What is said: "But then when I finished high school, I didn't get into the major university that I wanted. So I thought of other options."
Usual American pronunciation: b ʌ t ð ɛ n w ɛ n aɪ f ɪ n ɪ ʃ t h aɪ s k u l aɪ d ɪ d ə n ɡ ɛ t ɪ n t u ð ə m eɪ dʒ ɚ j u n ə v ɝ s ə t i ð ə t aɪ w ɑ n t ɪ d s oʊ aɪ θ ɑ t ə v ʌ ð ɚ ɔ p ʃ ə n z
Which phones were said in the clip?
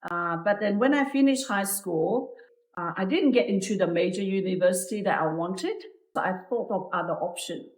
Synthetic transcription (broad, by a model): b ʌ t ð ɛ n w ɛ n aɪ f ɪ n ɪ ʃ t h aɪ s k u l aɪ d ɪ d ə n ɡ ɛ t ɪ n t u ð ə m eɪ dʒ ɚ j u n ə v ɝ s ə t i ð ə t aɪ w ɑ n t ɪ d s oʊ aɪ θ ɑ t ə v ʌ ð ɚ ɔ p ʃ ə n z